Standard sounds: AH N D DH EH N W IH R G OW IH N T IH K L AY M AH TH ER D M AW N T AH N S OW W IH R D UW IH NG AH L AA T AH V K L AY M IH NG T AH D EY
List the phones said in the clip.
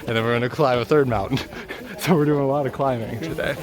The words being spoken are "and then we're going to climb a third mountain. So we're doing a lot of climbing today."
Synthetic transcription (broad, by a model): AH N DH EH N W IH R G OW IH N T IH K L AY M AH TH ER D M AW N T N S OW W IH R D UW IH NG AH L AA T AH V K L AY M IH NG T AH D EY